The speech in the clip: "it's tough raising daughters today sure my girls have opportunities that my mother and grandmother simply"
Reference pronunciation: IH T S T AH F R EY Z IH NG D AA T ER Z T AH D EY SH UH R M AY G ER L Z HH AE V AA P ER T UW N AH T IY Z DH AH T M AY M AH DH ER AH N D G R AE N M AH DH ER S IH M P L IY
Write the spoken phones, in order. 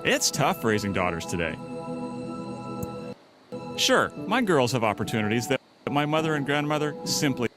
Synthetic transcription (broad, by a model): IH T S T AH F R EY Z IH NG D AA T ER Z T AH D EY SH UH R M AY G ER L Z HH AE V AA P ER T UW N AH T IY Z DH AH T M AY M AH DH ER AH N G R AE N M AH DH ER S IH M P L IY